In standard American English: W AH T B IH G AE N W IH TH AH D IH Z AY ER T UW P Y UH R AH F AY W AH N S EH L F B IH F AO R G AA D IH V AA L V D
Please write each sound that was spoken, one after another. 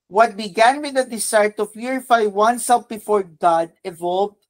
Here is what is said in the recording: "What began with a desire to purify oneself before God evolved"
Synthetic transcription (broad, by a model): W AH T B IH G AE N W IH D AH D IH S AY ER T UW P Y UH R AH F AY W AH N S EH L F B IH F AO R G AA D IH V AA L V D